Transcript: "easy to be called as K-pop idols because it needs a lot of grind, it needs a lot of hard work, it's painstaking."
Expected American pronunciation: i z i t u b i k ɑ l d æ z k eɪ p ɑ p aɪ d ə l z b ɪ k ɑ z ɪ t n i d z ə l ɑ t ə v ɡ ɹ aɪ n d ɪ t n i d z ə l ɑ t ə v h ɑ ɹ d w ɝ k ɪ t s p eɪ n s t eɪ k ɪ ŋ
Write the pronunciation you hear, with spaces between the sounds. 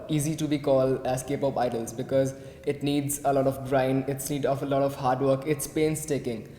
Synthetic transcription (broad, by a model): i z i t u b i k ɑ l d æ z k eɪ p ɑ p aɪ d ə l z b ɪ k ɑ z ɪ t n i d z ə l ɑ t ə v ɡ ɹ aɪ n ɪ t n i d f ə l ɑ t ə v h ɑ ɹ d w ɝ k ɪ t s p eɪ n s t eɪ k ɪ ŋ